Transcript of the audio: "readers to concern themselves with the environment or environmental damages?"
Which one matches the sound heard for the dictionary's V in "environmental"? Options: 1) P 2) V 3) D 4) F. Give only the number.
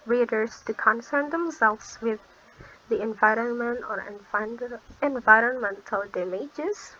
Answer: 2